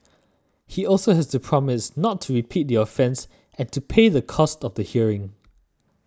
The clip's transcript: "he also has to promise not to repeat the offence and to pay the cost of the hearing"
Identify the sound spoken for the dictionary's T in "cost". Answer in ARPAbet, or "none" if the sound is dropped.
T